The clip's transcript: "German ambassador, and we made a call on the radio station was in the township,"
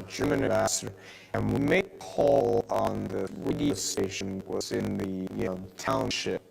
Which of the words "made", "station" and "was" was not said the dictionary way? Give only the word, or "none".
made